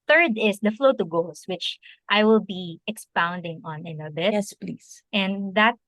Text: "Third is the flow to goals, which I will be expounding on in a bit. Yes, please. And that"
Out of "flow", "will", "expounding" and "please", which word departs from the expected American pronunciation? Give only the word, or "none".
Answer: please